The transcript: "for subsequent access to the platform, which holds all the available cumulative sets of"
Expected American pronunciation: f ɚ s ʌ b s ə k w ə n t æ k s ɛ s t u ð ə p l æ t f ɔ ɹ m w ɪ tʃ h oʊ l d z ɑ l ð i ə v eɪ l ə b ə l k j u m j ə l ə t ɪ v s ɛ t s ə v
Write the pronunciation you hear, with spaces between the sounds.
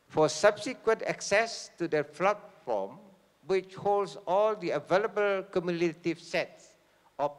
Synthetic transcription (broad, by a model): f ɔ s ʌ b s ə k w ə n t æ k s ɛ s t u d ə f l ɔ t f ɔ m w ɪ tʃ h oʊ l d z ɑ l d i ə v eɪ l ə b ə l k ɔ m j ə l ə t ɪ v s ɛ t s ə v